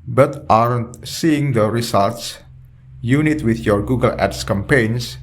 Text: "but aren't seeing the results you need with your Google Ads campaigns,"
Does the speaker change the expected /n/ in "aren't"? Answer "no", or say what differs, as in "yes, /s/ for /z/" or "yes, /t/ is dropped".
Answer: no